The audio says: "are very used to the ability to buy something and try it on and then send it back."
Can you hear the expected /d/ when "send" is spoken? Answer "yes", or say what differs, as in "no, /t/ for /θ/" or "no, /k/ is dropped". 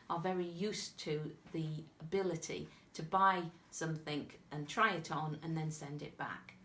yes